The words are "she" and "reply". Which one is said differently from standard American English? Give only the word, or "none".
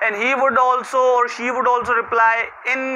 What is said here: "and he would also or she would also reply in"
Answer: none